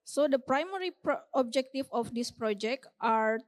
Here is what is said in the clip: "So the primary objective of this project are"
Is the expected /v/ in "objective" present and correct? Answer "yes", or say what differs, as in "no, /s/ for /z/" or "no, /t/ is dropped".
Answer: no, /f/ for /v/